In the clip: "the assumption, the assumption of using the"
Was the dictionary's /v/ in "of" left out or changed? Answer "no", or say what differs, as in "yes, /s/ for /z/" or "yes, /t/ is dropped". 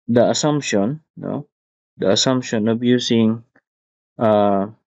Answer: yes, /b/ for /v/